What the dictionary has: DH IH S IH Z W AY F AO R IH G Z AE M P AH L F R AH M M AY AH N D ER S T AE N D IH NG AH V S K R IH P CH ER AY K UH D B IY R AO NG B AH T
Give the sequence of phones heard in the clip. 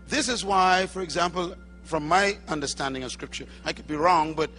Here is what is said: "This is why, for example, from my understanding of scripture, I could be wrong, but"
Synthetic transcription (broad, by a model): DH IH S IH Z W AY F AO R IH G Z AE M P AH L F R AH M M AY AH N D ER S T AE N D IH NG AH V S K R IH P CH ER AY K UH D B IY R AO NG B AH T